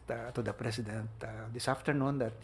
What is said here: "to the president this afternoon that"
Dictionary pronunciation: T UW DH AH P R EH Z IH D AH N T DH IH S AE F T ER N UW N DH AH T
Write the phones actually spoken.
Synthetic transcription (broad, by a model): T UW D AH P R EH S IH D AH N T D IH S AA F T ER N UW N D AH T